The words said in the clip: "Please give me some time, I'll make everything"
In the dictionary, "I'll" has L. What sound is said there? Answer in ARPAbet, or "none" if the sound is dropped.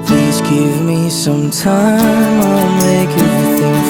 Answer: N